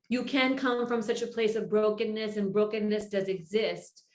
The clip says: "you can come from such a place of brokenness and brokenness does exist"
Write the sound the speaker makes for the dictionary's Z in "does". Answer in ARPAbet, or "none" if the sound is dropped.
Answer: Z